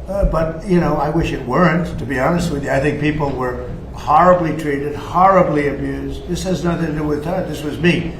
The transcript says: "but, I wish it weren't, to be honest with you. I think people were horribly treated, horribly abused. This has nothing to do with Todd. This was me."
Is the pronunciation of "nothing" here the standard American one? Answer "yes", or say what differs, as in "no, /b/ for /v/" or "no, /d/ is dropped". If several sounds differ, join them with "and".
yes